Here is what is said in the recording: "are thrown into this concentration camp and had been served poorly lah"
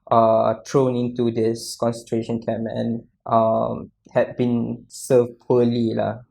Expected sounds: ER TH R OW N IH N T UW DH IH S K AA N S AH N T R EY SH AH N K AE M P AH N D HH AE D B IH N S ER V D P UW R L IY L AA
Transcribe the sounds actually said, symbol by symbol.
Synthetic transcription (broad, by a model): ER T R OW N IH N T UW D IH S K AA N S AH N T R EY SH AH N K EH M AH N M HH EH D B IH N S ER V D P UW L IY L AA